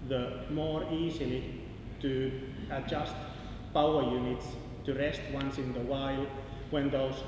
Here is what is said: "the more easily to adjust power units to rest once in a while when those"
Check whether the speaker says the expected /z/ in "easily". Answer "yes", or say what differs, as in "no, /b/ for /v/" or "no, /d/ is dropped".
no, /s/ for /z/